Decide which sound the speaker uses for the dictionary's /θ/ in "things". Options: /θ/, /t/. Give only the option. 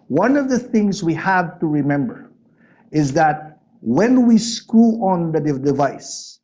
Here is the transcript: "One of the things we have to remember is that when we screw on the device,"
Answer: /θ/